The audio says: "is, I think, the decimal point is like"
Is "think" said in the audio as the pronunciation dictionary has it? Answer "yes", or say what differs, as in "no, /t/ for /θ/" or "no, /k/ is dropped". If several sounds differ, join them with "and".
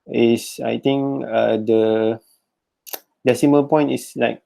no, /t/ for /θ/